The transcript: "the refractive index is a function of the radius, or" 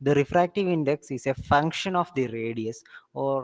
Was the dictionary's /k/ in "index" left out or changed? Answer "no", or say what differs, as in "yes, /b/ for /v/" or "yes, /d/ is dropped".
no